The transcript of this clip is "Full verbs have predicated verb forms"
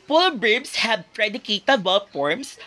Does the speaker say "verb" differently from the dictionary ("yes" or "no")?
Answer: yes